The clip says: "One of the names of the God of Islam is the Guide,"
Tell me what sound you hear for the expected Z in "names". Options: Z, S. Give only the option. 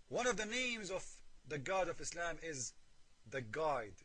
Z